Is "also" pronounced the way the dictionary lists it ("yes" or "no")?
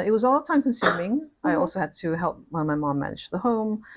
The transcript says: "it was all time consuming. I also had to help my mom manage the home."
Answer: yes